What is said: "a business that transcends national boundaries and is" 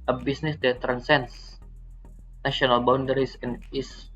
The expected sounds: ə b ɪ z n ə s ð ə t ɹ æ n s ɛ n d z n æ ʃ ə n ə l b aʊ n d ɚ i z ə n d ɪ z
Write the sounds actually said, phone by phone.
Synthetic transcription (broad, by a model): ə b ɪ s n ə s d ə t ɹ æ n s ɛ n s n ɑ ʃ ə n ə l b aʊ n d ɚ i s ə n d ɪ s